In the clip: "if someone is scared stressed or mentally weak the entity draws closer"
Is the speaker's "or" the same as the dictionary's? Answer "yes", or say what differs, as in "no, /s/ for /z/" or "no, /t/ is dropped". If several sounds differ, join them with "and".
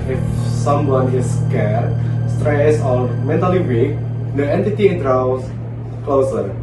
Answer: no, /l/ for /ɹ/